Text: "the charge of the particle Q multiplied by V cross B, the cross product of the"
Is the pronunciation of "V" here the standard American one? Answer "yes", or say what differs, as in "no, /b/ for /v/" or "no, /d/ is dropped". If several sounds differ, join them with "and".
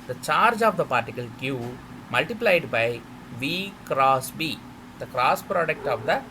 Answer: yes